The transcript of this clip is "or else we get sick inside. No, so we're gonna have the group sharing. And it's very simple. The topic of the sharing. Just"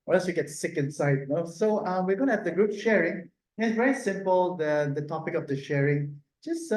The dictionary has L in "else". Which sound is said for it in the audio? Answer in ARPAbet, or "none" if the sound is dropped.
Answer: none